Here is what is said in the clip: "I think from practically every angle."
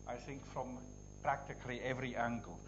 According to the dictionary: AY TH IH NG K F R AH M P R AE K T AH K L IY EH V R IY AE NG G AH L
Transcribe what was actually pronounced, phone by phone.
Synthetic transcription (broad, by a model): AY TH IH NG K F R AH M P R AE K T AH K L IY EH V R IY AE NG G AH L